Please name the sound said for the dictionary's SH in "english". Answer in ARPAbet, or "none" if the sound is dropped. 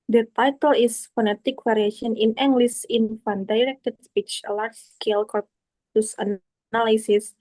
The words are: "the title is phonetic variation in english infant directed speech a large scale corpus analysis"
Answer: S